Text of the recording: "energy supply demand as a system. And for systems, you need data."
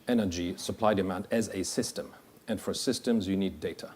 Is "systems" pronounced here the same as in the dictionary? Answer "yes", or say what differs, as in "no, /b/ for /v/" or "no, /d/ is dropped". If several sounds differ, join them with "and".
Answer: yes